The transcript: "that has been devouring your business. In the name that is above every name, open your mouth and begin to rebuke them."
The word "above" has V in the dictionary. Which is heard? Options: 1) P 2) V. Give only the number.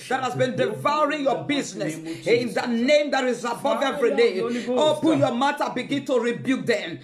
2